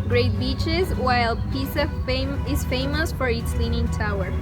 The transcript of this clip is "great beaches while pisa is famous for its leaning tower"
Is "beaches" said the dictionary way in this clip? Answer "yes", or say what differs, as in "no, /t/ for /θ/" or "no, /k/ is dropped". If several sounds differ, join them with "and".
yes